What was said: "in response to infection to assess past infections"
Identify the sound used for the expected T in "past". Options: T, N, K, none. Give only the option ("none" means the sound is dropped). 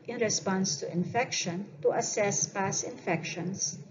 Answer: none